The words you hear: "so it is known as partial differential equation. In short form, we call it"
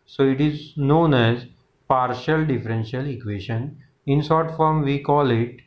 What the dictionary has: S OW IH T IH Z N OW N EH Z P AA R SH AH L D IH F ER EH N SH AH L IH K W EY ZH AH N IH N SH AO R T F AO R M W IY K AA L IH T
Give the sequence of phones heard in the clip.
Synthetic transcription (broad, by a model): S OW IH T IH Z N OW N EH Z P AA R SH AH L D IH F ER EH N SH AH L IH K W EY SH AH N IH N S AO R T F AO R M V IY K AA L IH T